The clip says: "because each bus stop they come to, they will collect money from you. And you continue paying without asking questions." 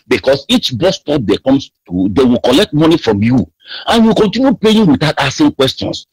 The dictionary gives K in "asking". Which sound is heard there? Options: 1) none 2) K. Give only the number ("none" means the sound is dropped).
1